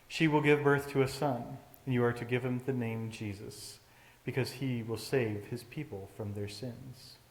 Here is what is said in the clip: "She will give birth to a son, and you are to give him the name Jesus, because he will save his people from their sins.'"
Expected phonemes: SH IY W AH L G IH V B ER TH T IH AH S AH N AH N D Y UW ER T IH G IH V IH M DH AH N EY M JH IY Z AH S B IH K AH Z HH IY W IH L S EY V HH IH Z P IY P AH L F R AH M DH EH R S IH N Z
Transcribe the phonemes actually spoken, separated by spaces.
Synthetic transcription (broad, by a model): SH IY W AH L G IH V B ER TH T IH AH S AH N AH N Y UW ER T IH G IH V IH M DH AH N EY M JH IY Z AH S B IH K AH Z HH IY W IH L S EY V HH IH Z P IY P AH L F R AH M DH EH R S IH N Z